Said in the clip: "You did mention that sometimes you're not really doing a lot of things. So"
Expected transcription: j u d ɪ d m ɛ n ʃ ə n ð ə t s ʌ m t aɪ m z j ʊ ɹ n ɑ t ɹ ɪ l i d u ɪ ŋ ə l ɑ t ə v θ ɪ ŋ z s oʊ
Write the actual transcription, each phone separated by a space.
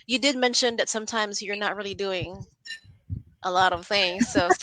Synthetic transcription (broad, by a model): j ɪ d ɪ d m ɛ n ʃ ə n ð ə t s ʌ m t aɪ m z j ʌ ɹ n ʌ t ɹ ɪ l i d u ɪ ŋ ə l ɑ t ə v θ ɪ ŋ z s oʊ